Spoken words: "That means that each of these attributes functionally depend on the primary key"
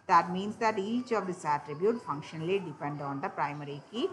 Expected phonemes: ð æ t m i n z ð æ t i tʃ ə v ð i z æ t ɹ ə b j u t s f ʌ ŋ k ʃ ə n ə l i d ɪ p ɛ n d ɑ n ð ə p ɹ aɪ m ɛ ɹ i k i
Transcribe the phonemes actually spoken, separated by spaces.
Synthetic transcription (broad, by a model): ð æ t m i n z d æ t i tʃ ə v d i s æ t ɹ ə b j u t f ʌ ŋ k ʃ ə n ə l i d ɪ p ɛ n d ɑ n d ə p ɹ aɪ m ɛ ɹ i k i